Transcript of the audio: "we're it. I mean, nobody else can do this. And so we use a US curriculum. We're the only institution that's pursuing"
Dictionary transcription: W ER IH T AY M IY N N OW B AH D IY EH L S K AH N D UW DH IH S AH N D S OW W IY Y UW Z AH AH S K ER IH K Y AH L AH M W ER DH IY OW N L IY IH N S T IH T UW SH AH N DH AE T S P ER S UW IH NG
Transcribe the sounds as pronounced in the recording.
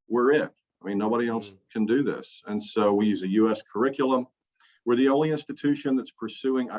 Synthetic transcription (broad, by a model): W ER IH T AY M IY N N OW B AH D IY EH L S K AH N D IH DH IH S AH N S OW W IY Y UW Z AH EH S K ER IH K Y L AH M W ER DH IY OW N L IY IH N S T IH T UW SH AH N DH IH T S P ER S UW IH NG